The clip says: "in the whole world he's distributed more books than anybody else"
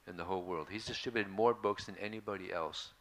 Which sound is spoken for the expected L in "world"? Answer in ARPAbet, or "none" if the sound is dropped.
L